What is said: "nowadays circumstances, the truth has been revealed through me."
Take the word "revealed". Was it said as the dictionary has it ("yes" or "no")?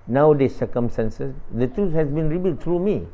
no